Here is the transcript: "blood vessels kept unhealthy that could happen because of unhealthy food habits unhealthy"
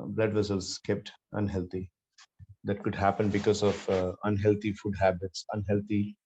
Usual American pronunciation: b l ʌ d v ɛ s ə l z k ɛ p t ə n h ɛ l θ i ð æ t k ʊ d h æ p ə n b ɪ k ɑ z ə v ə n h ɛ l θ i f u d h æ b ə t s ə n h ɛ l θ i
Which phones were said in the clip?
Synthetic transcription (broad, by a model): b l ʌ d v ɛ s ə l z k ɛ p t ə n h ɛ l t i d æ t k ʊ d h æ p ə n b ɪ k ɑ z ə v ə n h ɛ l t i f u d h æ b ə t s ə n h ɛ l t i